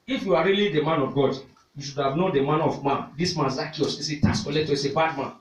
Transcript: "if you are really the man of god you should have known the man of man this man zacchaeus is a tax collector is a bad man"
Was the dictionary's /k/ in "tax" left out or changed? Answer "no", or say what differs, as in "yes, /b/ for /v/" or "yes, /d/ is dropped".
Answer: yes, /k/ is dropped